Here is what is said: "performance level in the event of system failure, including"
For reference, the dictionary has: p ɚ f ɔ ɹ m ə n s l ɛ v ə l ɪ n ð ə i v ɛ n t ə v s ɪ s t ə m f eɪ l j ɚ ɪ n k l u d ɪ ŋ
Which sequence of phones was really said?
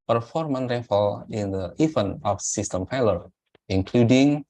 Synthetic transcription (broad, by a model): p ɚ f ɔ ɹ m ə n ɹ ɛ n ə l ɪ n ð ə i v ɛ n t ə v s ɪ s t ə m p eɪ l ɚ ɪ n k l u d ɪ ŋ